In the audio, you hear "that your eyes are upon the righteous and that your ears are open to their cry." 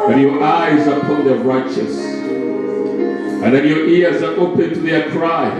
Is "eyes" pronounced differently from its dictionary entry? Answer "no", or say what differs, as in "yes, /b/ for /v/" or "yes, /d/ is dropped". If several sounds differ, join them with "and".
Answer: no